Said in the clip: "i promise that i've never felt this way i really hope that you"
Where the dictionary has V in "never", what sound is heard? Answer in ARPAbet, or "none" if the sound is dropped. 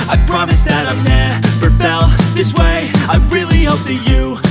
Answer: P